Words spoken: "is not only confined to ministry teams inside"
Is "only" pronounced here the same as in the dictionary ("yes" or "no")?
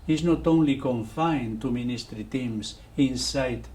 yes